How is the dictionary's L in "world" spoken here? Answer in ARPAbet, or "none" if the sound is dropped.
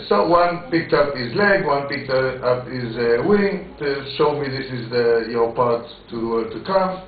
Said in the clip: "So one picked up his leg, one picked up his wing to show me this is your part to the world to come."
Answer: none